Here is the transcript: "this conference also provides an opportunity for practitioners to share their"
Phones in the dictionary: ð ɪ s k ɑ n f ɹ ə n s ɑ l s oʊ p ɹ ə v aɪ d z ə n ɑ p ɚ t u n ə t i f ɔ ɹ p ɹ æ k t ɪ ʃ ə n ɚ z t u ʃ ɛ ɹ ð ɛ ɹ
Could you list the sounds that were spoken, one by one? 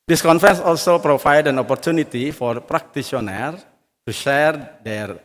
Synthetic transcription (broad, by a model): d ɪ s k ɑ n f ɹ ə n s ɑ l s oʊ p ɹ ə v aɪ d ə n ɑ p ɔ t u n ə t i f ɔ ɹ p ɹ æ k t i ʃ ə n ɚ t u ʃ ɛ ɹ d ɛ ɹ